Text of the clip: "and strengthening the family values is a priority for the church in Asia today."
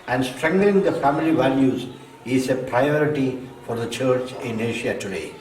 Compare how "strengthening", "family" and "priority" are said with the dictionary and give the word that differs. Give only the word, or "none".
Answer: strengthening